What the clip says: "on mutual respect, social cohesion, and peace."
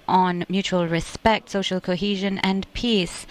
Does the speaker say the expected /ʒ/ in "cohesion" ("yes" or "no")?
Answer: yes